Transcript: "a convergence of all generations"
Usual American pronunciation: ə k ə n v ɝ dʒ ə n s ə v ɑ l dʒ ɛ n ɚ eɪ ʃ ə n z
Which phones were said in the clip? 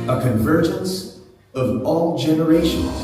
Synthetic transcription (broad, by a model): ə k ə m v ɝ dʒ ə n s ə v ɑ l dʒ ɛ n ɚ eɪ ʃ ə n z